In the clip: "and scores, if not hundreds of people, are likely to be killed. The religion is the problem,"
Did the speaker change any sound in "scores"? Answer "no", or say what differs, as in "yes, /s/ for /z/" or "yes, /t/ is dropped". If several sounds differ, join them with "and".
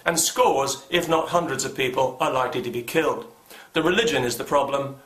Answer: no